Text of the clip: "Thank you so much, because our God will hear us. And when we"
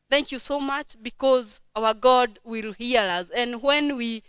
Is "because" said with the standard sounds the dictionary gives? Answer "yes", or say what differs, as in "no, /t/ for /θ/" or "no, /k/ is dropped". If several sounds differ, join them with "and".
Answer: yes